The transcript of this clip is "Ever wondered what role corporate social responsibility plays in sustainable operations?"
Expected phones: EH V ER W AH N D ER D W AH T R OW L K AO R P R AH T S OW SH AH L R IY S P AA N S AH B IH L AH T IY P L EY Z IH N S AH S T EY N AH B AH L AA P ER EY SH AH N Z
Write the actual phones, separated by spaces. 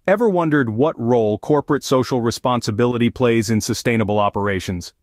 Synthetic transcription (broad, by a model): EH V ER W AH N D ER D W AH T R OW L K AO R P R AH T S OW SH L R IY S P AA N S AH B IH L AH T IY P L EY Z IH N S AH S T EY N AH B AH L AA P ER EY SH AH N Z